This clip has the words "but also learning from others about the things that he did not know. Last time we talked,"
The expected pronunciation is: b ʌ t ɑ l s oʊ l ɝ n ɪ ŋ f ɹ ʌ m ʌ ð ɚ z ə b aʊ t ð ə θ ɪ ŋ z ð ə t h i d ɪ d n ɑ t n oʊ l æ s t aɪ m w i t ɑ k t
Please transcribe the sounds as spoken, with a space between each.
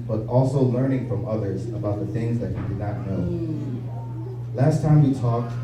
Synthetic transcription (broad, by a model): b ʌ t ɑ l s oʊ l ɝ n ɪ ŋ f ɹ ʌ m ʌ ð ɚ z ə b aʊ t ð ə θ ɪ ŋ z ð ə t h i d ɪ d n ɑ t n oʊ l æ s t aɪ m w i t ɑ k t